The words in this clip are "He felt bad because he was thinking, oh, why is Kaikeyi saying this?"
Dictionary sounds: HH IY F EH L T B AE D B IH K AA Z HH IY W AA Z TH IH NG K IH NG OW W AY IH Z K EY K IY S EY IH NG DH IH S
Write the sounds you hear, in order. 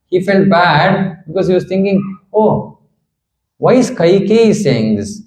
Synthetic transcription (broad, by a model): HH IY F EH L T B AE D B IH K AA Z HH IY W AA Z T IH NG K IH NG OW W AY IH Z K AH K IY S EY IH NG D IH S